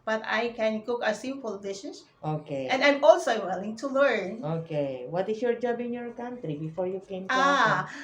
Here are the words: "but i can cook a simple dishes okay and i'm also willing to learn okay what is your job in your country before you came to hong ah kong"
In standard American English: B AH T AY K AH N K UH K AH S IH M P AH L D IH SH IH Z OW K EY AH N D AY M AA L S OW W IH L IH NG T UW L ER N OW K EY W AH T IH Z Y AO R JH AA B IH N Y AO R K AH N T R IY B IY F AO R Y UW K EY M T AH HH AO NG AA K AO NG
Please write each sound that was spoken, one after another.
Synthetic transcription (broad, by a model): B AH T AY K AH N K UH K AH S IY P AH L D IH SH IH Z OW K EY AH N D AY M AA L S OW W IH L IH NG T UW L ER N OW K EY W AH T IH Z Y AO R JH AA B IH N Y AO R K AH N T R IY B IY F AO R Y UW K EY M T AA